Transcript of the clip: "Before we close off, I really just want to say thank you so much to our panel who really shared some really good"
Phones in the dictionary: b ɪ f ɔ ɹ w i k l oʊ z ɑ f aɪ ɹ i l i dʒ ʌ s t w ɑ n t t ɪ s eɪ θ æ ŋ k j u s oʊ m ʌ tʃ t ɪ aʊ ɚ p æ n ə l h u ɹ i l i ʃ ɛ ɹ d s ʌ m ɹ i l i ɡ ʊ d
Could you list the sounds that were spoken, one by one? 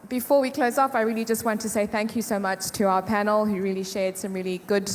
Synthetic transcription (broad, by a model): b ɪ f ɔ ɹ w i k l oʊ z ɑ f aɪ ɹ i l i dʒ ʌ s t w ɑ n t t ɪ s eɪ θ æ ŋ k j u s oʊ m ʌ tʃ t ɪ aʊ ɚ p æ n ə l h u ɹ i l i ʃ ɛ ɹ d s ʌ m ɹ i l i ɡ ʊ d